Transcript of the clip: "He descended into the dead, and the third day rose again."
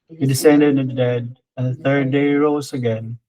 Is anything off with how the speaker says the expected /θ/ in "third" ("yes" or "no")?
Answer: no